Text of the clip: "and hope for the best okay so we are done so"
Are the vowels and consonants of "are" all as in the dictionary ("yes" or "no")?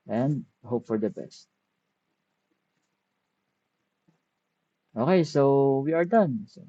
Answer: yes